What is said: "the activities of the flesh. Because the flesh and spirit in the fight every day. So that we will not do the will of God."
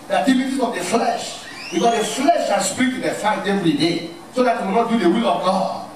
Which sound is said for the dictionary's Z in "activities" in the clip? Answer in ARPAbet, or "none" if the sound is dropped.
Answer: none